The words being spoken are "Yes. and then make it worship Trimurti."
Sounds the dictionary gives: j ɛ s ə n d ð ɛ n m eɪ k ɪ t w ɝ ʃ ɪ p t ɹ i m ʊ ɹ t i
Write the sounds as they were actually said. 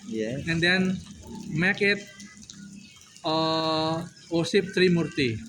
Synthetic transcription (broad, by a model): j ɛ ə n d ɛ n m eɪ k ɪ t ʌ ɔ s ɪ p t ɹ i m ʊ ɹ t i